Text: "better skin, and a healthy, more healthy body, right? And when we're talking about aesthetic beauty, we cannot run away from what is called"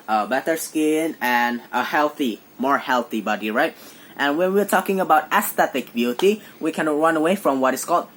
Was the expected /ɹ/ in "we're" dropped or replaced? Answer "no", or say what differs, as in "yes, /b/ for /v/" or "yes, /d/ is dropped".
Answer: no